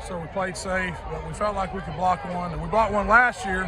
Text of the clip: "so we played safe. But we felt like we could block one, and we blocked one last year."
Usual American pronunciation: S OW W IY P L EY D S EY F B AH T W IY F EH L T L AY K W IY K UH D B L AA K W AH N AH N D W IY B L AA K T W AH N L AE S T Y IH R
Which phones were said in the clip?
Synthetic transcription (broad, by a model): S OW W IY P L EY D S EY F B AH T W IY F EH L T L AY K W IY K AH D B L AA K W AH N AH N W IY B AA T W AH N L AE S T Y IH R